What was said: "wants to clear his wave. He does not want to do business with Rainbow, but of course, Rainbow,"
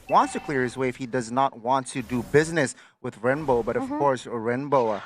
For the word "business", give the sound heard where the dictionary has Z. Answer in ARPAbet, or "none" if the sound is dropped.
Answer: Z